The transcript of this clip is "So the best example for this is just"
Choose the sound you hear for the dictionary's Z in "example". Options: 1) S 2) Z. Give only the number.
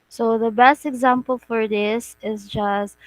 2